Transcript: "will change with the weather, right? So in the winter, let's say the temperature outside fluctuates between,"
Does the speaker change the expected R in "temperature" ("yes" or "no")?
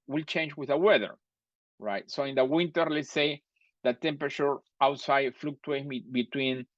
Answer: no